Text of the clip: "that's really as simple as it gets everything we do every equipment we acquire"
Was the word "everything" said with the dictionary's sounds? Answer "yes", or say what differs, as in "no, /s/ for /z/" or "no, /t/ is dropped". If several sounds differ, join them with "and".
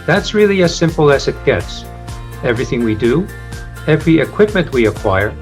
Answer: yes